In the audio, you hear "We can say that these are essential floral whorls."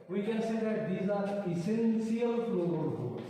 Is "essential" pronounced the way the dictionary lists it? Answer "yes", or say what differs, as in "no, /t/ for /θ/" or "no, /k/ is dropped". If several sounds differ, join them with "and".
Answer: no, /s/ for /ʃ/